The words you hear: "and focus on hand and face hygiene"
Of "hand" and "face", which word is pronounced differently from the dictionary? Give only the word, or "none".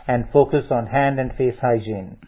none